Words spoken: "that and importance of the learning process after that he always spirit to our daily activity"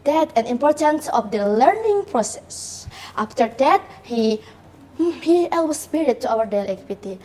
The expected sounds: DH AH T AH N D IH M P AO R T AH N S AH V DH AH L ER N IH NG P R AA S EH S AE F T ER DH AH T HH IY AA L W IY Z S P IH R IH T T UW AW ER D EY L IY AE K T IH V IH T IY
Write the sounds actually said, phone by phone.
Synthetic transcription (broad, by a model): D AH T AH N IH M P AO R T AH N S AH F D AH L ER N IH NG P R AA S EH S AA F T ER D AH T HH IY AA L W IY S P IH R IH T T UW AW ER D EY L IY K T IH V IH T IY